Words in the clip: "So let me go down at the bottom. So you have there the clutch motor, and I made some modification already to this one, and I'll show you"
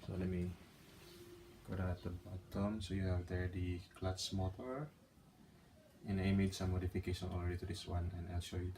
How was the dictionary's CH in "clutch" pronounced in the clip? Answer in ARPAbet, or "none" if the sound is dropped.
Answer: S